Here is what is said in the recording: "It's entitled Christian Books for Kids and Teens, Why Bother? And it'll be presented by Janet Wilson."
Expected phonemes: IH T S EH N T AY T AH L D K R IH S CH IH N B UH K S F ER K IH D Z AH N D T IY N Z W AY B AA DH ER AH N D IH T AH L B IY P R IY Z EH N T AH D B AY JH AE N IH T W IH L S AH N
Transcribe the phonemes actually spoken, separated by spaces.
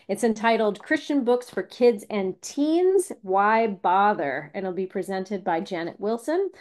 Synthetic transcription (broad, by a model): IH T S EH N T AY T L D K R IH S CH IH N B UH K S F ER K IH D Z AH N T IY N Z W AY B AA DH ER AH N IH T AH L B IY P R IY Z EH N T AH D B AY JH AE N IH T W IH L S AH N